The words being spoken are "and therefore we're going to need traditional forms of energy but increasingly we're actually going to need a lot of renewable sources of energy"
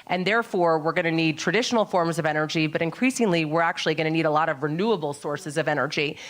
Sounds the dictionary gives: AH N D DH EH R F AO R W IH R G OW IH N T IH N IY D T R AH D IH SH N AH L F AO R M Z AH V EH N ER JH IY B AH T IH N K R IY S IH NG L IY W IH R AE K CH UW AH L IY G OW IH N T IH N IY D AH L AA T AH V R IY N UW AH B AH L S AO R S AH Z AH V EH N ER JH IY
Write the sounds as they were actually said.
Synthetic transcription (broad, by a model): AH N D DH EH R F AO R W IH R G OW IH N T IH N IY D T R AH D IH SH N L F AO R M Z AH V EH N ER JH IY B AH T IH N K R IY S IH NG L IY W IH R AE K CH UW AH L IY G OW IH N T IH N IY D AH L AA T AH V R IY N UW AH B L S AO R S AH Z AH V EH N ER JH IY